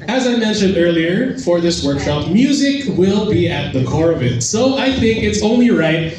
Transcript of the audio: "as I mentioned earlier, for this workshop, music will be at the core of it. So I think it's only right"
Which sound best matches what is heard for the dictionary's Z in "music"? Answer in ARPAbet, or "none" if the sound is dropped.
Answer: Z